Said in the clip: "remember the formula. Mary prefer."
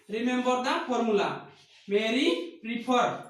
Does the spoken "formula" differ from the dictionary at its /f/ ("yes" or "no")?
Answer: yes